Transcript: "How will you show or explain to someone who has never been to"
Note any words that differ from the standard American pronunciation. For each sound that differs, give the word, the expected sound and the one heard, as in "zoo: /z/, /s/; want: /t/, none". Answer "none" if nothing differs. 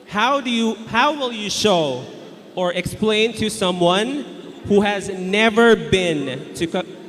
none